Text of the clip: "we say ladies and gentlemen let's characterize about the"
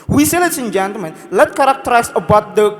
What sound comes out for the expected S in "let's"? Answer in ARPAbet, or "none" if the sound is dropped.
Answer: none